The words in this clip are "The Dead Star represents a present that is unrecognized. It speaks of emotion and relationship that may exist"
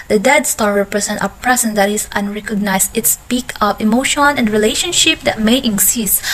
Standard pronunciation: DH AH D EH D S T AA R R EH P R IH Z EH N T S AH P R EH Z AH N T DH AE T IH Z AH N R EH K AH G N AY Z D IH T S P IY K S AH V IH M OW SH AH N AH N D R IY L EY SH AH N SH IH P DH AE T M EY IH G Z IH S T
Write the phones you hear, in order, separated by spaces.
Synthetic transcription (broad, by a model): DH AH D EH D S T AA R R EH P R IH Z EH N T AH P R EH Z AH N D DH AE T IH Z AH N R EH K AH G N AY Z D IH T S P IY K AH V IH M OW SH AH N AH N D R IY L EY SH AH N SH IH P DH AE T M EY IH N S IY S